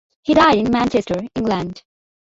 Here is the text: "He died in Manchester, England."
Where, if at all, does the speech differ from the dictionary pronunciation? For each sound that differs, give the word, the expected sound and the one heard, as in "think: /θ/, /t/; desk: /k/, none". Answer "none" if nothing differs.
none